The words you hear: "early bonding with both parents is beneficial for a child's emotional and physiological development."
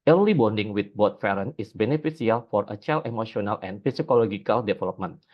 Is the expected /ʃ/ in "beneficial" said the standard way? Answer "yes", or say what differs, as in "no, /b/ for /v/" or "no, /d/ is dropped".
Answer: no, /s/ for /ʃ/